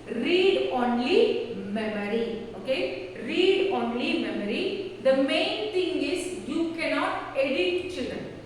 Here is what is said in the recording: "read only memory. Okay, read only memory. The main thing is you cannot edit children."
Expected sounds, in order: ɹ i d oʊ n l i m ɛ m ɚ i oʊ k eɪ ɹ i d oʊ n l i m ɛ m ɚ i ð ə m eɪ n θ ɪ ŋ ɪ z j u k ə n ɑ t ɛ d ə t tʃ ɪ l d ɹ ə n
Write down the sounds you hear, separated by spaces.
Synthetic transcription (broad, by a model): ɹ i d oʊ n l i m ɛ m ɚ i oʊ k eɪ ɹ i d oʊ n l i m ɛ m ɚ i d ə m eɪ n t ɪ ŋ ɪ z j u k ə n ɑ t ɛ d ə t tʃ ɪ l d ɹ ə n